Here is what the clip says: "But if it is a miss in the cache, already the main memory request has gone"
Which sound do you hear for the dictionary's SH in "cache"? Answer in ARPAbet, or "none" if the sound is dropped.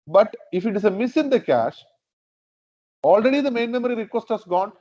SH